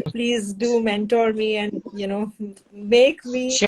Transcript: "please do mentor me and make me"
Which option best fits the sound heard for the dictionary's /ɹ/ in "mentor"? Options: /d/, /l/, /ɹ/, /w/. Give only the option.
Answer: /ɹ/